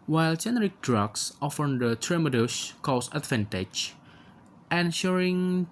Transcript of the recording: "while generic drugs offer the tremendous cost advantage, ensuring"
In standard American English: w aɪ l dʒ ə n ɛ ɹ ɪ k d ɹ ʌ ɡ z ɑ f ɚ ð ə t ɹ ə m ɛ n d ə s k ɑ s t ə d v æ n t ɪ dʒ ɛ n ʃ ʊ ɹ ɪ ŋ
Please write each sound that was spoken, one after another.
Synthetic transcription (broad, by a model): w aɪ l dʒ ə n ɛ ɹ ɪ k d ɹ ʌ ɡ s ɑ f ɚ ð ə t ɹ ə m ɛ d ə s k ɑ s ə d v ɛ n t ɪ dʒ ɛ n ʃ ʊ ɹ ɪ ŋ